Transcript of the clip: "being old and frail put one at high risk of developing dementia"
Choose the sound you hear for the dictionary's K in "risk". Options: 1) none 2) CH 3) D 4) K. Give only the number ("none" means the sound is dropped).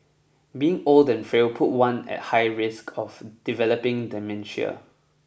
4